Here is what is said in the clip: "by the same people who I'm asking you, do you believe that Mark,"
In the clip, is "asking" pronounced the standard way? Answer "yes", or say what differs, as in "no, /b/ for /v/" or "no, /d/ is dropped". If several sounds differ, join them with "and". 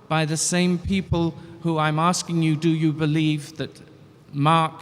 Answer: yes